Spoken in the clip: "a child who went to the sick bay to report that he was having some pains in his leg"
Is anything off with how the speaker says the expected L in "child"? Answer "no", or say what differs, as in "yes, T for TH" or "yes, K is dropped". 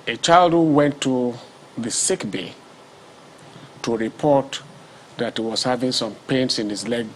no